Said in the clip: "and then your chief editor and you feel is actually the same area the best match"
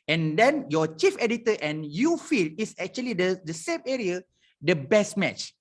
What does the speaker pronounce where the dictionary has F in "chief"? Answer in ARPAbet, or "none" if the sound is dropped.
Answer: F